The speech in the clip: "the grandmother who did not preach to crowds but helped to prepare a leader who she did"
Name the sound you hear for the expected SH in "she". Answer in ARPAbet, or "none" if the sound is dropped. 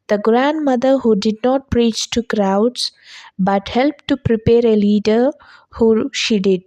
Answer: SH